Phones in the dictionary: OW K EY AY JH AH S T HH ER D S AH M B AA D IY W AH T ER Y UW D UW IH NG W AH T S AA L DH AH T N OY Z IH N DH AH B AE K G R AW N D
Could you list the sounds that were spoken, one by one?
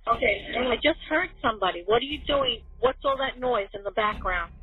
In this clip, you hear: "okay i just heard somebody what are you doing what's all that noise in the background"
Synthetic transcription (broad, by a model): OW K EY AY JH AH S T HH ER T S AH M B AA D IY W AH T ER Y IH D UW IH NG W AH T S AA L DH AH T N OY Z IH N DH AH B AE K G R AW N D